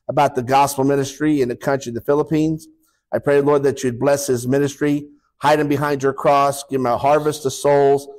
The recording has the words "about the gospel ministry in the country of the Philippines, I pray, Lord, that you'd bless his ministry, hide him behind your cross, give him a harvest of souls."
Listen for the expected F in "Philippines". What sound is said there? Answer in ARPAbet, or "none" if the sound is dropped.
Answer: F